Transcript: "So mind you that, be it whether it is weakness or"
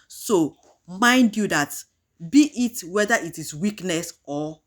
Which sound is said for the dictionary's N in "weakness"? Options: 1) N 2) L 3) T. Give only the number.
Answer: 1